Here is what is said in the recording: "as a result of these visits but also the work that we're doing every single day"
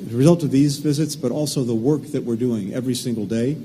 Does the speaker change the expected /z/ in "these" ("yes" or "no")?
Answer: no